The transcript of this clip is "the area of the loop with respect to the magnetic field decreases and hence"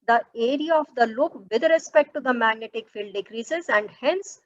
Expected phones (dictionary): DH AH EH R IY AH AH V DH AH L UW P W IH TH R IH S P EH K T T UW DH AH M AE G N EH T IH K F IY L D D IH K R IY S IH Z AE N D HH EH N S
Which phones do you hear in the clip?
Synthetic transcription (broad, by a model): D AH EH R IY AH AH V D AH L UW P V IH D R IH S P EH K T T UW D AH M AE G N EH T IH K F IY L D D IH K R IY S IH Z AE N D HH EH N S